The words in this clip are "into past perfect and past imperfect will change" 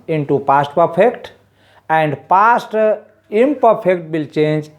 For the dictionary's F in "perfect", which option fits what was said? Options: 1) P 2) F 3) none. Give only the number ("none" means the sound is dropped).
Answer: 1